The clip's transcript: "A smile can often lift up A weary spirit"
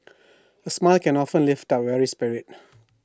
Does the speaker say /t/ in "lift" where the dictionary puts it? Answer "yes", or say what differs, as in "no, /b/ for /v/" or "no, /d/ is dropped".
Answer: yes